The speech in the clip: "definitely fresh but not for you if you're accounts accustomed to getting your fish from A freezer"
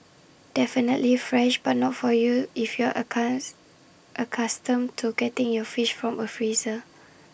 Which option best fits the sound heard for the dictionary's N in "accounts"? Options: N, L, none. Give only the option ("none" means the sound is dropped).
none